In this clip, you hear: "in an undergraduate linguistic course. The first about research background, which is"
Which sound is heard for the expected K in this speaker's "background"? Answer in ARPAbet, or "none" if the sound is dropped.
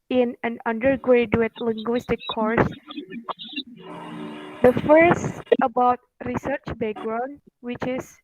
none